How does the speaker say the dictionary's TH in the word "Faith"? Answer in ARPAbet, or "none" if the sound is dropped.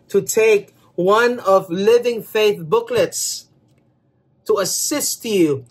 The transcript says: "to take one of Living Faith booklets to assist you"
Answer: TH